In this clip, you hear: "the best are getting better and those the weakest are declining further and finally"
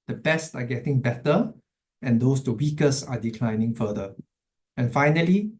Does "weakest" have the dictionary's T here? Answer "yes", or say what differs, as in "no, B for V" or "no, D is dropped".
no, T is dropped